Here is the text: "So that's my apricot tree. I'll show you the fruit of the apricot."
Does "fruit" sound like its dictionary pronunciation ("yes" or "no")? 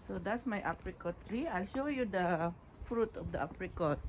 yes